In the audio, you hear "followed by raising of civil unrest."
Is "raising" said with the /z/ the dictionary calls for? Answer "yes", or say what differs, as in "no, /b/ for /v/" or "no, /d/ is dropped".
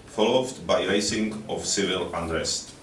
no, /s/ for /z/